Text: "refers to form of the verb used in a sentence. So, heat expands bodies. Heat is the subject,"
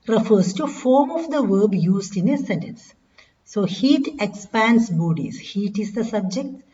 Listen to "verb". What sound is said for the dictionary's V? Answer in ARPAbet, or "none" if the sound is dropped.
V